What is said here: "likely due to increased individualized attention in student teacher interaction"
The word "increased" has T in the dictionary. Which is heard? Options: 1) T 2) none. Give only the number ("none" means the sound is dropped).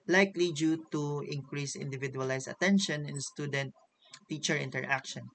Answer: 2